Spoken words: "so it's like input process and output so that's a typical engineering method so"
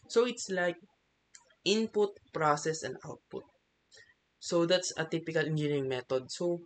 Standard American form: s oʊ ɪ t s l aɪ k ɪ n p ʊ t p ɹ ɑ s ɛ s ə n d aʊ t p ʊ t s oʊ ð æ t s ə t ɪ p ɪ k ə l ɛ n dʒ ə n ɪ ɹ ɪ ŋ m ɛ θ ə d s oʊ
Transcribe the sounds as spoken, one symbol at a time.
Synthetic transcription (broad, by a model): s oʊ ɪ t s l aɪ k ɪ n p ʊ t p ɹ ɑ s ɛ s ə n d aʊ t p ʊ t s oʊ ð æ t s ə t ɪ p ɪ k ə l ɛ n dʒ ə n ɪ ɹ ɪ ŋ m ɛ t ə d s oʊ